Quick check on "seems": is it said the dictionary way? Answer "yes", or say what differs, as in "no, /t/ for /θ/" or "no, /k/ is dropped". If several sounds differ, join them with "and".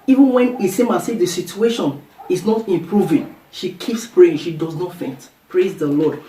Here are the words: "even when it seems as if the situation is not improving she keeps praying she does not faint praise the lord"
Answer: no, /z/ is dropped